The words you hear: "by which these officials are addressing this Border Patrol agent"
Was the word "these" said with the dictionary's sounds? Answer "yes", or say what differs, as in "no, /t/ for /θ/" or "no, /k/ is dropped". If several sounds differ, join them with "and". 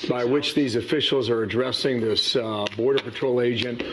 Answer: yes